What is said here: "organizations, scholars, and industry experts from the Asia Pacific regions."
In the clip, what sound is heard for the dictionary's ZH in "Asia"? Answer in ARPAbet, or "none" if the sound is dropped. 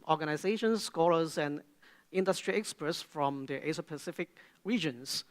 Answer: S